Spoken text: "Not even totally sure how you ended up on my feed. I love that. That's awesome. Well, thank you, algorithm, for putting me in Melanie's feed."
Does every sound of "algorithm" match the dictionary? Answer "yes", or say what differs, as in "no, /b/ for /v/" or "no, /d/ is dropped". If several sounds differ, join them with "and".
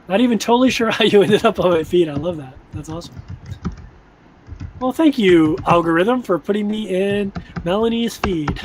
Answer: yes